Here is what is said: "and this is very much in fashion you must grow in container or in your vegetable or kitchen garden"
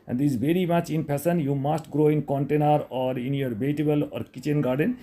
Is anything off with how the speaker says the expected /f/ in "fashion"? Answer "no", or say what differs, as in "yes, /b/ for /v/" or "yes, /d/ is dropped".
yes, /p/ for /f/